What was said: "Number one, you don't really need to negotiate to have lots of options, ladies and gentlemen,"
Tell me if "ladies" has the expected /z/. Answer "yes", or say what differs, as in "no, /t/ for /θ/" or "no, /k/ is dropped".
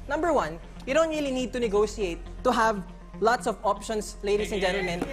no, /s/ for /z/